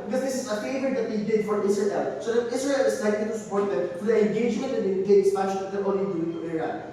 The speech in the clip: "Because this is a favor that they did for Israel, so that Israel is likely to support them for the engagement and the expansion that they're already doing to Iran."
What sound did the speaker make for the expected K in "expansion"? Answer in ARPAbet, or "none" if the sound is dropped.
none